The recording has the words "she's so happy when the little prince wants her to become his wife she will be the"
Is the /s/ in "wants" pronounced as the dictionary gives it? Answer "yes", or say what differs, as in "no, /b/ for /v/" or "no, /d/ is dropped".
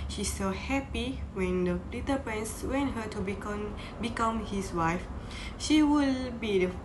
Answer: no, /s/ is dropped